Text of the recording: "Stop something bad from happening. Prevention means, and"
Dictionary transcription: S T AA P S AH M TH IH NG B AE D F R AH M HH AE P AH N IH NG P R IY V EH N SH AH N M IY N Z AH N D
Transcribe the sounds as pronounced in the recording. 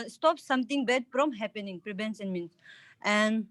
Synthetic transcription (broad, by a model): S T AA P S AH M T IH NG B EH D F R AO M HH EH P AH N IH NG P R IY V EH N S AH N M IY N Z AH N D